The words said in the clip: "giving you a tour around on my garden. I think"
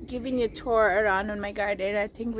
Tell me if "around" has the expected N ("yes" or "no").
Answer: yes